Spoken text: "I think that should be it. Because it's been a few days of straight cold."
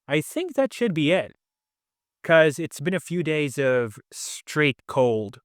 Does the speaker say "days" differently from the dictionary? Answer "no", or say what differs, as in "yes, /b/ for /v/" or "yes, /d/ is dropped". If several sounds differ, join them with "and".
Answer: no